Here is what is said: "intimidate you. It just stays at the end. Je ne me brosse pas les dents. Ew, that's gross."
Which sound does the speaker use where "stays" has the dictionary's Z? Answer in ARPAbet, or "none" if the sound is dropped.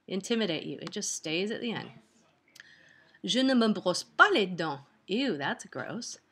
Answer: Z